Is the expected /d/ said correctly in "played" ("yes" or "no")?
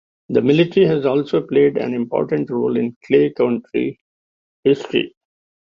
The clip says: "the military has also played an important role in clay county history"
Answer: yes